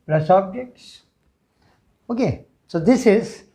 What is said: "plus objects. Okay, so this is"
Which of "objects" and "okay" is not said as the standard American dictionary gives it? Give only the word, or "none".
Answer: none